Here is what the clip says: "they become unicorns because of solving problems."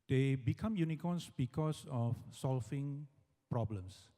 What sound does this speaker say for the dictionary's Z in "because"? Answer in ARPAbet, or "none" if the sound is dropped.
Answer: S